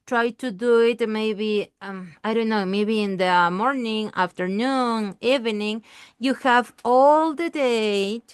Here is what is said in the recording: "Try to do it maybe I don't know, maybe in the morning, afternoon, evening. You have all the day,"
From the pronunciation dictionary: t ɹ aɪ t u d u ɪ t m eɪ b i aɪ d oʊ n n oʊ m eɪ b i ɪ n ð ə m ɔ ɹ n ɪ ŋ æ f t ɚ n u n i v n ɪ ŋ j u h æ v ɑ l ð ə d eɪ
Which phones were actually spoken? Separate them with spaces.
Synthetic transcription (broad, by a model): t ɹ aɪ t u d u ɪ t m eɪ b i aɪ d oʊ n n oʊ m eɪ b i ɪ n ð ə m ɔ ɹ n ɪ ŋ æ f t ɚ n u n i v n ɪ ŋ j u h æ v ɑ l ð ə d eɪ